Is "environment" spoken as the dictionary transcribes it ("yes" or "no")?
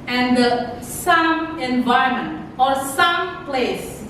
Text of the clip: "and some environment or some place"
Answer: no